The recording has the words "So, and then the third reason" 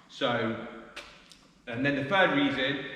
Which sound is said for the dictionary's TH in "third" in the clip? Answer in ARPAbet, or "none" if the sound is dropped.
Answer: F